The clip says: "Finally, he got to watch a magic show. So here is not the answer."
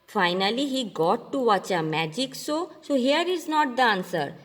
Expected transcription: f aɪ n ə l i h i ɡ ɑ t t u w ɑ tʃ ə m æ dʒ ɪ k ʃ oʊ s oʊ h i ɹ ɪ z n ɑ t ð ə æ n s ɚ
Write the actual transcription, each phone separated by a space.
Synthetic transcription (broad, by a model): f aɪ n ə l i h i ɡ ɑ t t u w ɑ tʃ ə m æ dʒ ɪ k s oʊ s oʊ h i ɹ ɪ z n ɑ t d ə n s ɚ